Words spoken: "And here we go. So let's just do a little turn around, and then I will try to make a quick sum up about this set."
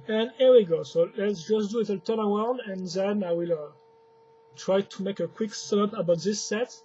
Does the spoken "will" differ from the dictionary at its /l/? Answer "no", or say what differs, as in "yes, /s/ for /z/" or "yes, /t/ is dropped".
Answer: no